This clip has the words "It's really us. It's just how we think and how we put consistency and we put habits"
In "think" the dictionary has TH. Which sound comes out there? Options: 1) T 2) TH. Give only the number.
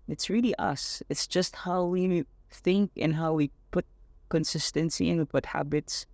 2